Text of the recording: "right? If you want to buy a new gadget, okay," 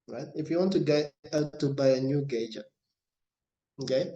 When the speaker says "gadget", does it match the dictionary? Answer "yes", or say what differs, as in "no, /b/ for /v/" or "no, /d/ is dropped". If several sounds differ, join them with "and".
no, /t/ is dropped